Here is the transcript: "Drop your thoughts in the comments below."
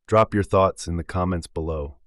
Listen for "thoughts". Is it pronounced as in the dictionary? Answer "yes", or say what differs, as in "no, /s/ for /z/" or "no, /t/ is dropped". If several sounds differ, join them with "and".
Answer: yes